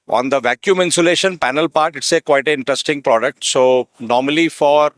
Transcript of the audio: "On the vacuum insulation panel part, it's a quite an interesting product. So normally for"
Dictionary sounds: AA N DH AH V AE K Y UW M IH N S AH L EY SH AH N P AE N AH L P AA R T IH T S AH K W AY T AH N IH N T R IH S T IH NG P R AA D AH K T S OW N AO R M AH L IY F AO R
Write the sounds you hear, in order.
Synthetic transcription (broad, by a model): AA N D AH V AE K Y UW M IH N S AH L EY SH AH N P AE N AH L P AA R T IH T S AH K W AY T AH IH N T R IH S T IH NG P R AA D AH K T S OW N AO R M AH L IY F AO R